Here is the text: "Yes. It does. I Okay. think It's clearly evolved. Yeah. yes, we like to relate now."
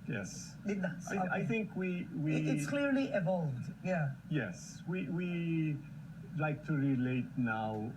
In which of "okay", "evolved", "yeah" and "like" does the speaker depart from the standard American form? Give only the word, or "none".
okay